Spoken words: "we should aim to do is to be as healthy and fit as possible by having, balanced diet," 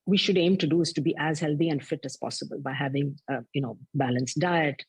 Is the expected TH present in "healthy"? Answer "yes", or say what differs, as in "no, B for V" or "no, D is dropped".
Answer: no, T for TH